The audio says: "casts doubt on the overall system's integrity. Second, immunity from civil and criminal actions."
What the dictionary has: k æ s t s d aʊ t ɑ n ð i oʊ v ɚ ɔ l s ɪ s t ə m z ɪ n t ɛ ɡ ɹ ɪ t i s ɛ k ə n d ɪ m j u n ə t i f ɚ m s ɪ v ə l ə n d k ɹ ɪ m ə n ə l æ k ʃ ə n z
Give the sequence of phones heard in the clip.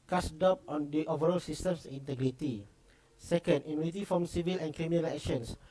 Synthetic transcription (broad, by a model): k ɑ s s d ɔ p ɑ n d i oʊ v ɚ ɔ l s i s t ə m s ɪ n t ɛ ɡ ɹ ɪ t i s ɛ k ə n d ɪ m j u n ə t i f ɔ m s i v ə l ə n k ɹ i m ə n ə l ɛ k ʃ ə n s